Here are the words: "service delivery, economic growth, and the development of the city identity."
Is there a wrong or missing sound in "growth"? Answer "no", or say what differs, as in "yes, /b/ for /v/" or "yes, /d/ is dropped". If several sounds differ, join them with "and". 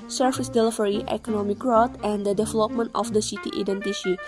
yes, /t/ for /θ/